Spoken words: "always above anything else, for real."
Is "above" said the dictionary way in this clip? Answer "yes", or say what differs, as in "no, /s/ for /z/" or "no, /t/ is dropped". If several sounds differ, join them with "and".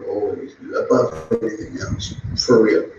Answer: no, /v/ is dropped